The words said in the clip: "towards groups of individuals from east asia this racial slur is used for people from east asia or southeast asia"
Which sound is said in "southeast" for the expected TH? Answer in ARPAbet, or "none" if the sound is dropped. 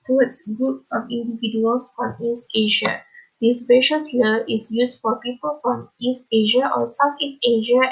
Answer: F